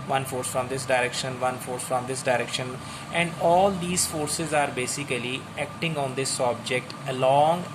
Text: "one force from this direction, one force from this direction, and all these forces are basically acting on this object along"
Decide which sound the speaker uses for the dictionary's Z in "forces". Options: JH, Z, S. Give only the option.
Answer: Z